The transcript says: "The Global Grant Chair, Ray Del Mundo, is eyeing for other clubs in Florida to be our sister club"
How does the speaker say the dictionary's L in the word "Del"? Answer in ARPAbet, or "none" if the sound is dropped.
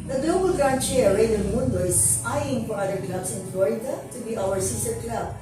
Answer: N